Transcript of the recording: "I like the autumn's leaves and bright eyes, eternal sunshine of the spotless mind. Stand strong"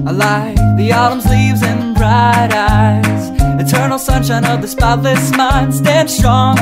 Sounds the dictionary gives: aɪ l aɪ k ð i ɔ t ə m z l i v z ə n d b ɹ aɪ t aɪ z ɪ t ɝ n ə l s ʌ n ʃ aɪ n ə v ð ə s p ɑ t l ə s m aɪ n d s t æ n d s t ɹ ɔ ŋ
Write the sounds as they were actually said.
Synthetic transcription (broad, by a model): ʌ l aɪ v ð i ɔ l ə m z l i v z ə n b ɹ aɪ t aɪ z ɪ t ɝ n l s ʌ n ʃ aɪ n ə v ð ə s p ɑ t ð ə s m aɪ n d s t æ n d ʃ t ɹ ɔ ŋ